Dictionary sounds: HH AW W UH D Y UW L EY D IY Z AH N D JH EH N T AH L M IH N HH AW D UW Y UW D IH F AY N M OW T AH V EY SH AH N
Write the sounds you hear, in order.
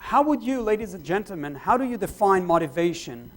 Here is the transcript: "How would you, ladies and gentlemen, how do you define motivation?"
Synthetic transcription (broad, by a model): HH AW W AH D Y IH L EY D IY Z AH N JH EH N T L M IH N HH AW D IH Y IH D IH F AY N M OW T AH V EY SH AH N